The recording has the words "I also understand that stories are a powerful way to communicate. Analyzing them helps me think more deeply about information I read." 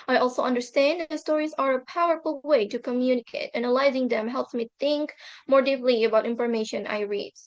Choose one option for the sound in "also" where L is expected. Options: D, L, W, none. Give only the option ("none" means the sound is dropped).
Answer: L